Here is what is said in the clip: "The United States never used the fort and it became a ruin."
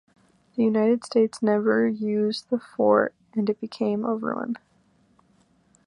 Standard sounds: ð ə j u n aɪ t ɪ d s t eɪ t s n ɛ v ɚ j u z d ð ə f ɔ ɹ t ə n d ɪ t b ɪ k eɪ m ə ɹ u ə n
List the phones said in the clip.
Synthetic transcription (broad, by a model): ð ə j u n aɪ t ɪ d s t eɪ t s n ɛ v ɚ j u z ð ə f ɔ ɹ t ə n ɪ t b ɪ k eɪ m ə ɹ u ə n